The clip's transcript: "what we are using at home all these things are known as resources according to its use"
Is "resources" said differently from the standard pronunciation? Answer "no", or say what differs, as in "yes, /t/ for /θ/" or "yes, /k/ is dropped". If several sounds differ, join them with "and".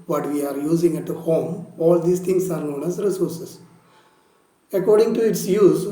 yes, /s/ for /z/